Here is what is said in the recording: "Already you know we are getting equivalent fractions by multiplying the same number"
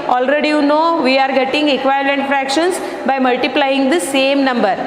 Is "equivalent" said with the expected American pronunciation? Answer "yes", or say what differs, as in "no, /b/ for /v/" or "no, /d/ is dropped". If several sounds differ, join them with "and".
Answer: no, /v/ is dropped